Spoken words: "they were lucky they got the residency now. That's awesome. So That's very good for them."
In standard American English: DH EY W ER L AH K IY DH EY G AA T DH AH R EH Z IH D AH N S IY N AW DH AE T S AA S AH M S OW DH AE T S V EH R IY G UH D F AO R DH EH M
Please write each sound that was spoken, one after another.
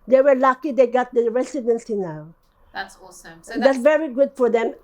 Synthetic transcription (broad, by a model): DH EY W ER L AH K IY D EY G AA T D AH R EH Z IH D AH N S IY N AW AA AH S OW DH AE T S V EH R IY G UH D F AO R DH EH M